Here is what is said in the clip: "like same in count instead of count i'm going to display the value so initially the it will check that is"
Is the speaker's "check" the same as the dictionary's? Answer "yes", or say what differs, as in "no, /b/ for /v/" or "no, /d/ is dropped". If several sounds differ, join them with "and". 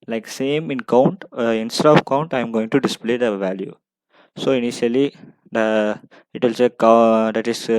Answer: no, /s/ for /tʃ/